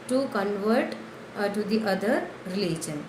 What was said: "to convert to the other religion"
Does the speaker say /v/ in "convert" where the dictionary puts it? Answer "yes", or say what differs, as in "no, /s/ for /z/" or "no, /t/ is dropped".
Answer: yes